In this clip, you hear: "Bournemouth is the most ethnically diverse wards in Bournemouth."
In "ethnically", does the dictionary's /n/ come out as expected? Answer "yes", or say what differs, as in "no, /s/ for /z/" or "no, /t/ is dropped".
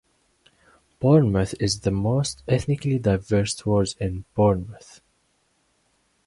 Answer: yes